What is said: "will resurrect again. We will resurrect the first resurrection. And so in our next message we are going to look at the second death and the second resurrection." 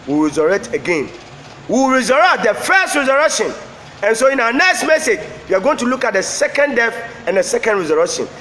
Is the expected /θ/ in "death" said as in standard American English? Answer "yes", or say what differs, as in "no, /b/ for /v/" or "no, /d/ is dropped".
no, /f/ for /θ/